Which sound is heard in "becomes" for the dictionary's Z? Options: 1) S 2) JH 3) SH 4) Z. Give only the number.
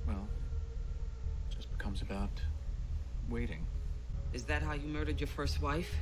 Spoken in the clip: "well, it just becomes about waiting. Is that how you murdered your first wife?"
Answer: 4